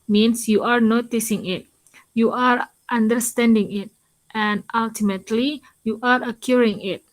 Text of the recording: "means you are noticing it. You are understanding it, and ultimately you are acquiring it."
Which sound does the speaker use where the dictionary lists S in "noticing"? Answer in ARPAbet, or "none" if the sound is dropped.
S